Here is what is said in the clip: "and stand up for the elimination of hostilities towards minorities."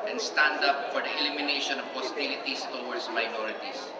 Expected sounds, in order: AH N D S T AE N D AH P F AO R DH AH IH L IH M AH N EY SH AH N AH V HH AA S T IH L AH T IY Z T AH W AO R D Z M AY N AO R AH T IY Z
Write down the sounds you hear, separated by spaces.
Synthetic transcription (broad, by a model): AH N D S T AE N D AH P F AO R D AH IH L IH M AH N EY SH AH N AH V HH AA S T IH L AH T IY S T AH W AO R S M AY N AO R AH T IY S